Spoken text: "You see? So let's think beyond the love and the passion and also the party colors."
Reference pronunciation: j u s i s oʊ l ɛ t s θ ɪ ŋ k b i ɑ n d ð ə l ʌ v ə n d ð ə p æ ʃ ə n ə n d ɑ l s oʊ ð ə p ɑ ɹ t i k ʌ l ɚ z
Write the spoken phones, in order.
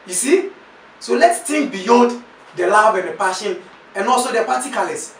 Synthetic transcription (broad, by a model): j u s i s oʊ l ɛ t s t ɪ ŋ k b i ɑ n d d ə l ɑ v ə n d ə p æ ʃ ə n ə n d ɑ l s oʊ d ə p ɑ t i k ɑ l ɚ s